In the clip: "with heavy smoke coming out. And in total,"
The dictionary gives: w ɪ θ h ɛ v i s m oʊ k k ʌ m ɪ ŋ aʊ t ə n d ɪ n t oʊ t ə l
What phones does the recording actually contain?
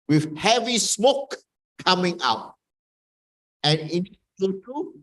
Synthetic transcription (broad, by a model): w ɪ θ h ɛ v i s m oʊ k k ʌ m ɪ ŋ aʊ t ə n ɪ n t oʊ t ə